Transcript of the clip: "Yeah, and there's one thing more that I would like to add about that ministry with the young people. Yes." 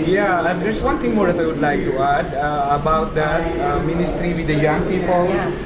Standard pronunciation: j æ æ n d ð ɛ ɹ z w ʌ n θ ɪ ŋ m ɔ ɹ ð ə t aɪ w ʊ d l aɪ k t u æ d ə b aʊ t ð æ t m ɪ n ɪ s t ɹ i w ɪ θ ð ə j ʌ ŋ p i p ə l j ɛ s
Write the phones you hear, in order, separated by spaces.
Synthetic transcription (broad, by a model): j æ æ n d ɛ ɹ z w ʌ n t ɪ ŋ m ɔ ɹ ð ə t aɪ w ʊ d l aɪ k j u æ d ə b aʊ t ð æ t m ɪ n ɪ s t ɹ i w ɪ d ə j ʌ ŋ p i p ə l